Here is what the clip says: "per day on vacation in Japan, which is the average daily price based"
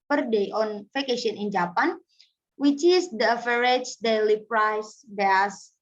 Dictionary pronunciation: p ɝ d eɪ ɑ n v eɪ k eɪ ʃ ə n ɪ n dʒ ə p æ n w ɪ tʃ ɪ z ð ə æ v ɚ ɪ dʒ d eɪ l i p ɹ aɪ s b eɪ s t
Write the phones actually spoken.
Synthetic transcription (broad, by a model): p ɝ d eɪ ɑ n f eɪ k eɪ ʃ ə n ɪ n dʒ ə p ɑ n w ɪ tʃ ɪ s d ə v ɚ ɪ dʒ d eɪ l i p ɹ aɪ s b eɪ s